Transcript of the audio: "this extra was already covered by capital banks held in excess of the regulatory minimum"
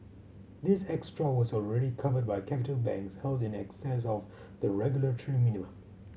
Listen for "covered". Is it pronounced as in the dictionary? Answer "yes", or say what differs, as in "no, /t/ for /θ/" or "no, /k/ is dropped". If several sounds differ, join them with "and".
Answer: yes